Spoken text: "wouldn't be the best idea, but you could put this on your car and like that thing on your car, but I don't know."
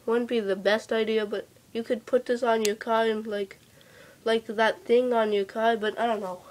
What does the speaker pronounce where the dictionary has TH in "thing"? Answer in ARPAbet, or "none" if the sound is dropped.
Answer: TH